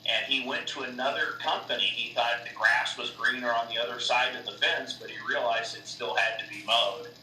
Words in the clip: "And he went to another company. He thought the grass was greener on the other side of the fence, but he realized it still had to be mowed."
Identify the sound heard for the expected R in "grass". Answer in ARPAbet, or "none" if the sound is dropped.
R